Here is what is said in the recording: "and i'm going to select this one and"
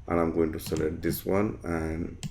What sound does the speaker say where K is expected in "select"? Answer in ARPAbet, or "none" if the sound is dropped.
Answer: none